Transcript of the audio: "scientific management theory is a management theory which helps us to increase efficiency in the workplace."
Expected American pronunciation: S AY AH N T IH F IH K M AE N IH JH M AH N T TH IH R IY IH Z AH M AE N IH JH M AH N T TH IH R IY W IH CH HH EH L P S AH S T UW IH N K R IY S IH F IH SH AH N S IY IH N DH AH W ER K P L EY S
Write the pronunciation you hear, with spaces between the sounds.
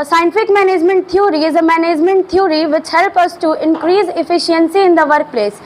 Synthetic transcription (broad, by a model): S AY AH N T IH F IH K M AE N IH JH M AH N T T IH R IY IH Z AH M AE N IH JH M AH N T T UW R IY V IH CH HH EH L P AH S T UW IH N K R IY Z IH F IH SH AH N S IY IH N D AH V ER K P L EY S